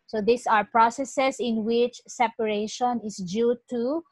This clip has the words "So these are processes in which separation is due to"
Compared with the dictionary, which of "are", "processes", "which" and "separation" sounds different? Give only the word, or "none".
processes